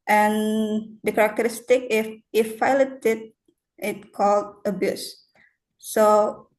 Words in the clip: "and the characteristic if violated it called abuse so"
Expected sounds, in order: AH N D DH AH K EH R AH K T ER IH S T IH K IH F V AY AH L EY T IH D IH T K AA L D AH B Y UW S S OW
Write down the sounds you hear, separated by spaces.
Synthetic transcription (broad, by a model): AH N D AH K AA R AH K T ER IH S T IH K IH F F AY L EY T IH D IH T K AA L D AH B Y UW S S OW